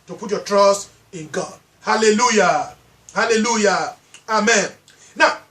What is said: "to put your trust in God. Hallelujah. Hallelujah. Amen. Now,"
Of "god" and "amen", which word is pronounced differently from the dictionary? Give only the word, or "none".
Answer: none